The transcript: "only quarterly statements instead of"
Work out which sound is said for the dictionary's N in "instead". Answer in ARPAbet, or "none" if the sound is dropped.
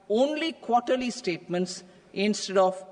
N